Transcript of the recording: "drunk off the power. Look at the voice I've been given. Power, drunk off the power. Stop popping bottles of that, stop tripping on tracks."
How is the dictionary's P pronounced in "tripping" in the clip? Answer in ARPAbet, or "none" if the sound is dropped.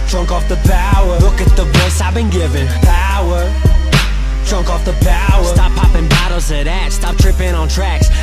P